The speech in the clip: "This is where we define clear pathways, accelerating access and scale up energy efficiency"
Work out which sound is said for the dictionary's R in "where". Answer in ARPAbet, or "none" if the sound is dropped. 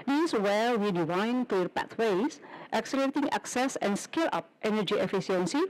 L